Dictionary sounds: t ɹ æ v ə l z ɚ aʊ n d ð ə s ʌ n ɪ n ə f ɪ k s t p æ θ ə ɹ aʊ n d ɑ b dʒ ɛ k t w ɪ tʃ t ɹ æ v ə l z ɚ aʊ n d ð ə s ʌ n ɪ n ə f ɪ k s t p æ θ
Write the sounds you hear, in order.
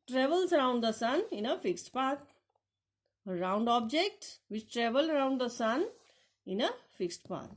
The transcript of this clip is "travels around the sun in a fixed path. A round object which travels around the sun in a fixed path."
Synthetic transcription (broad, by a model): t ɹ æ v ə l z ɚ aʊ n d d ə s ʌ n ɪ n ə f ɪ k s t p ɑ t ə ɹ aʊ n d ɑ b dʒ ɛ k t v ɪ tʃ t ɹ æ v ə l ɚ aʊ n d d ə s ʌ n ɪ n ə f ɪ k s t p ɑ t